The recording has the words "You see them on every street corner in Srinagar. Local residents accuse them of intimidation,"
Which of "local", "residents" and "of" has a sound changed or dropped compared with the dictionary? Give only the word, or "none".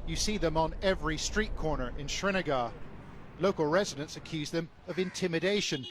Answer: none